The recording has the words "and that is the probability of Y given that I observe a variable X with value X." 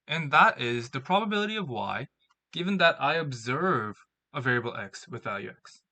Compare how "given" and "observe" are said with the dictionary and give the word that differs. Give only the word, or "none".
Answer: none